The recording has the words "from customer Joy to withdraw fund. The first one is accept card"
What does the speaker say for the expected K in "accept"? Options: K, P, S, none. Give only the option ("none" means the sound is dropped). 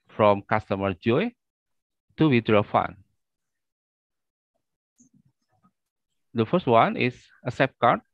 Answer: none